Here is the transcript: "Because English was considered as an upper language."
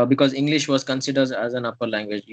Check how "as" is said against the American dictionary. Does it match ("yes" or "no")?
yes